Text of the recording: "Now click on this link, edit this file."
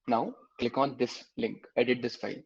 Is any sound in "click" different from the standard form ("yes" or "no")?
yes